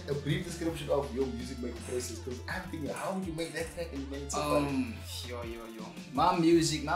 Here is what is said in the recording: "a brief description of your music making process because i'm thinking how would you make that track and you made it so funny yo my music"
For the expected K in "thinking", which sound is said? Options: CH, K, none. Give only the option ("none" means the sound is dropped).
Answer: none